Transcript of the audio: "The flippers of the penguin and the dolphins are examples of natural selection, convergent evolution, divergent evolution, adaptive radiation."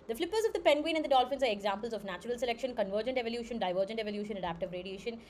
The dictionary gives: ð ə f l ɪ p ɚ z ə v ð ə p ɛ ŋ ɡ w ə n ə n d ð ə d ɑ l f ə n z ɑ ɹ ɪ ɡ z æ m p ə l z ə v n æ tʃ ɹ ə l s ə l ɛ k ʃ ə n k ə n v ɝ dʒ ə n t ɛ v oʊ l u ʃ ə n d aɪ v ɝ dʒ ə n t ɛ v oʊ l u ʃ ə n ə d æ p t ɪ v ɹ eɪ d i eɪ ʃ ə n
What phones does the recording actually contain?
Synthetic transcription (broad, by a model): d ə f l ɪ p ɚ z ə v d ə p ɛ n ɡ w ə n ə n d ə d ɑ l f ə n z ɑ ɹ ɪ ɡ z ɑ m p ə l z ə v n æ tʃ ɹ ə l s ə l ɛ k ʃ ə n k ə n v ɝ dʒ ə n t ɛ v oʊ l u ʃ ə n d aɪ v ɝ dʒ ə n t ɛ v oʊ l u ʃ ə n ə d æ p t ɪ v ɹ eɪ d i eɪ ʃ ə n